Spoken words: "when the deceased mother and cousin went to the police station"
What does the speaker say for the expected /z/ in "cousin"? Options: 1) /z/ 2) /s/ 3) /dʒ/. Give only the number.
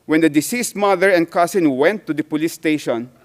2